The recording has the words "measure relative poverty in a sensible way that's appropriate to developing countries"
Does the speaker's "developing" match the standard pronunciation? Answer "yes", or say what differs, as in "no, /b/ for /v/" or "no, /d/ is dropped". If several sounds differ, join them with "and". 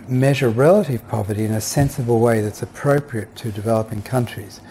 yes